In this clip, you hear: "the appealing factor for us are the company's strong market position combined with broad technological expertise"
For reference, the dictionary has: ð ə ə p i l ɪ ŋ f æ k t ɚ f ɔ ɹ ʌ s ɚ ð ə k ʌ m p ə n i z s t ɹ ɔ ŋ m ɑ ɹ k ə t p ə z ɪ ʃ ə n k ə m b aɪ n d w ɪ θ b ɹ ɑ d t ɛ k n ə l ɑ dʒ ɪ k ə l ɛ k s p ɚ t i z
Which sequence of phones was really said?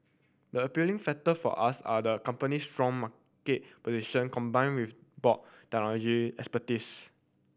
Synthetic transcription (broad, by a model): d ə ə p i l ɪ ŋ f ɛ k t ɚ f ɔ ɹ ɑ s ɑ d ə k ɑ m p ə n i s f ɹ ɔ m ɑ k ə t p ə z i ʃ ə n k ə m b aɪ n w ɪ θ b ɑ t ɛ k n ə l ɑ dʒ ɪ ɛ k s p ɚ t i s